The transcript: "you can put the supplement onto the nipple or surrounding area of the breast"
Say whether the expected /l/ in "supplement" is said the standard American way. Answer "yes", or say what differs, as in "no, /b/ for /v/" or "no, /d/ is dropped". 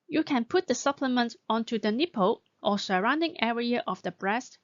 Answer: yes